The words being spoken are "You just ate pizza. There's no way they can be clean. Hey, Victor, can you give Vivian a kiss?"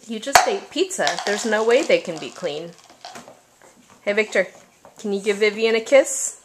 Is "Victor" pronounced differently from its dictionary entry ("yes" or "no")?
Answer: no